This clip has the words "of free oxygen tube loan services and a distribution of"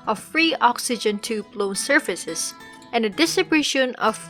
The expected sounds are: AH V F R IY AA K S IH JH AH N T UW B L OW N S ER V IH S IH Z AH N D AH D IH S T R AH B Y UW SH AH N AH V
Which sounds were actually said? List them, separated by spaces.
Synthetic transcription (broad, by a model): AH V F R IY AA K S IH JH AH N T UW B L OW N S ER F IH S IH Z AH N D AH D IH S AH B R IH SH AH N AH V